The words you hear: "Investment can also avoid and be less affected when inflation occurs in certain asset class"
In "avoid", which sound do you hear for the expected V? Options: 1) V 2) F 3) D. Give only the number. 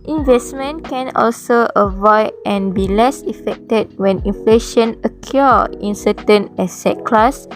1